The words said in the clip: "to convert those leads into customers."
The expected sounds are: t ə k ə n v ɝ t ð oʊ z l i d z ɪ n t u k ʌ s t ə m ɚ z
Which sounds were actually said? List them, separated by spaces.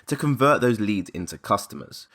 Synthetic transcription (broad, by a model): t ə k ə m v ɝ t ð oʊ z l i d z ɪ n t u k ʌ s t ə m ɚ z